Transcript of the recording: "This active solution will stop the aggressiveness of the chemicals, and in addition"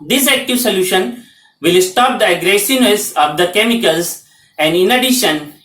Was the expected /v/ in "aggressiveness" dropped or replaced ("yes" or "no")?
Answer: yes